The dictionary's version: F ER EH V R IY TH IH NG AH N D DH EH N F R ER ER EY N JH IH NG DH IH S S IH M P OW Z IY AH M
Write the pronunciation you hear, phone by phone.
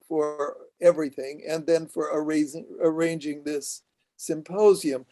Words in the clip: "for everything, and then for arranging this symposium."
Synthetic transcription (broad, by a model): F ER EH V R IY TH IH NG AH N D DH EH N F R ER ER EY N JH IH NG DH IH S S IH M P OW Z IY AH M